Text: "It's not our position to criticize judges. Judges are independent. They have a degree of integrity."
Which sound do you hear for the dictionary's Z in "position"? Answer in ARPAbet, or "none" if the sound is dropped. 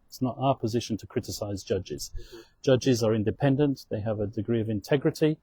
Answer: Z